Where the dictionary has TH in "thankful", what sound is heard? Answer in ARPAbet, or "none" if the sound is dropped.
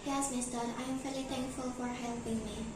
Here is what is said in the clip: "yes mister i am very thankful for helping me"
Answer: T